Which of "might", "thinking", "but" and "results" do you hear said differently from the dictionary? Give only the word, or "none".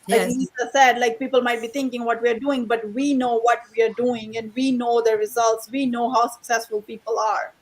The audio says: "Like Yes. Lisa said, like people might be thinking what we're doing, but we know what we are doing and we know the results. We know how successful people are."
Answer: thinking